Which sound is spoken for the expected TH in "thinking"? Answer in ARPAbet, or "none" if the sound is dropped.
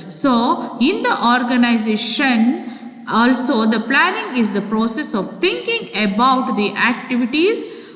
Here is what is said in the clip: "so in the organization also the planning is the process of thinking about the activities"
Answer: T